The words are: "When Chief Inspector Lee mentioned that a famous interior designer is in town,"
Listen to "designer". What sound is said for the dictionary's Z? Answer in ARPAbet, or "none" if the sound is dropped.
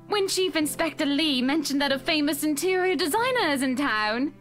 Z